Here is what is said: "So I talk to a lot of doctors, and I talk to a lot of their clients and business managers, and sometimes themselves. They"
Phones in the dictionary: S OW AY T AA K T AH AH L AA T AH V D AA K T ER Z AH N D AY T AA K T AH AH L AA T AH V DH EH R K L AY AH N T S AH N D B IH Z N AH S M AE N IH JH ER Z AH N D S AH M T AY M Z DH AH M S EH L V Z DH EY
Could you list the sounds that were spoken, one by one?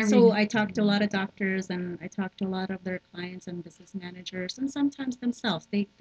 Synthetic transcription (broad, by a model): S OW AY T AA K T AH AH L AA T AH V D AA K T ER Z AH N AY T AA K T AH AH L AA T AH V DH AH R K L AY AH N T S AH N B IH Z N AH S M AE N IH JH ER Z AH N S AH M T AY M Z DH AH M S EH L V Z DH EY